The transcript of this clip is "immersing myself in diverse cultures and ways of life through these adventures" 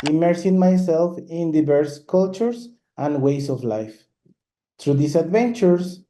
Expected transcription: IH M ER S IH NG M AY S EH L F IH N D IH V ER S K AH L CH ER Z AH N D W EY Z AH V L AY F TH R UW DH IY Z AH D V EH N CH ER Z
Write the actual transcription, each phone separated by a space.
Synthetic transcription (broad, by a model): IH M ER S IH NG M AY S EH L F IH N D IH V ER S K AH L CH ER S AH N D W EY S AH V L AY F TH R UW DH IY S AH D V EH N CH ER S